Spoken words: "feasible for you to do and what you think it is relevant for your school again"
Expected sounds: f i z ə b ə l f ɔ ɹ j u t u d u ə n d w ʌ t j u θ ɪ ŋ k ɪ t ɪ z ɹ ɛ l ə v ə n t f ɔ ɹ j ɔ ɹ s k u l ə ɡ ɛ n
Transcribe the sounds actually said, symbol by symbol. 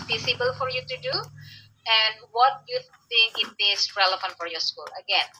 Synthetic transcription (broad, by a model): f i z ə b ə l f ɔ ɹ j u t u d u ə n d w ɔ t j u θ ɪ ŋ k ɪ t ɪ s ɹ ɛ l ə f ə n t f ɔ ɹ j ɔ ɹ s k u l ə ɡ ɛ n